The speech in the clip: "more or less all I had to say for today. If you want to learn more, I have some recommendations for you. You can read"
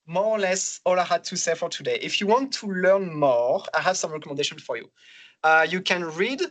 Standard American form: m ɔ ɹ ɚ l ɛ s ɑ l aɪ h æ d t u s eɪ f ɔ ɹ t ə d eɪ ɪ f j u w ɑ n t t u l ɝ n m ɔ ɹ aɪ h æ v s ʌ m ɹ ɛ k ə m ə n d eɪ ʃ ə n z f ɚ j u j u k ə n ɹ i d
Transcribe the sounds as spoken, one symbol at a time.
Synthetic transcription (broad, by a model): m ɔ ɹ l ɛ s ɑ l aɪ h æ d t u s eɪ f ɔ ɹ t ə d eɪ ɪ f j u w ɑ n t t u l ɝ n m ɔ aɪ h æ v s ʌ m ɹ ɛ k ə m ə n d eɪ ʃ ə n f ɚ j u j u k ə n ɹ i d